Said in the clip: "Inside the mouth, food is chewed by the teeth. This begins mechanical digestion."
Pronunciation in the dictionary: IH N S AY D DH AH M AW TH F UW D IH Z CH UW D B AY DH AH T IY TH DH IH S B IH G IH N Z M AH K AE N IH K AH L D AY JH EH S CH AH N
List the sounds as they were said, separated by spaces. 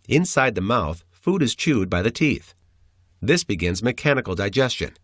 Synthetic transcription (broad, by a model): IH N S AY D DH AH M AW TH F UW D IH Z CH UW D B AY DH AH T IY TH DH IH S B IH G IH N Z M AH K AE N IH K L D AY JH EH S CH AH N